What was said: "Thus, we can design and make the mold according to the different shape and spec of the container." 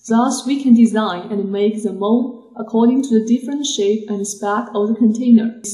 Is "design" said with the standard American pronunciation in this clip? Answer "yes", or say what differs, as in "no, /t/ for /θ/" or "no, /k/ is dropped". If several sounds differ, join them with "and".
yes